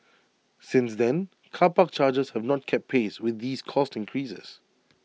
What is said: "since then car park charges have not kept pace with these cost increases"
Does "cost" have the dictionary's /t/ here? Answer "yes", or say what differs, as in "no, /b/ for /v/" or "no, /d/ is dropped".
yes